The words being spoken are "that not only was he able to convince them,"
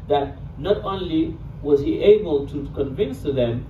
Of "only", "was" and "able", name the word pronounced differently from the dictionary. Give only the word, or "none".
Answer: none